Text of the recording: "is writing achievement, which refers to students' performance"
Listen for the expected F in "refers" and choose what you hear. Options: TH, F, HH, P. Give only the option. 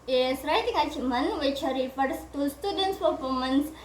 P